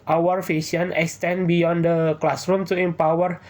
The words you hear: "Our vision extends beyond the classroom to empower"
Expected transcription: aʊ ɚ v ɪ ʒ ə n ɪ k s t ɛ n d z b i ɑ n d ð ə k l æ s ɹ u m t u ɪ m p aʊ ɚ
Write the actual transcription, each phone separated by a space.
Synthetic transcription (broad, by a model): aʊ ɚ f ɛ s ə n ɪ k s t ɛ n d b i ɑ n d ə k l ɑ s ɹ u m t u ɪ m p aʊ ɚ